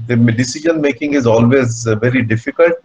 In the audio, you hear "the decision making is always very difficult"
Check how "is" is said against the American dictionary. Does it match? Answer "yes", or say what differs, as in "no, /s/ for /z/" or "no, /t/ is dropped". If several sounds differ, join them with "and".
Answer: yes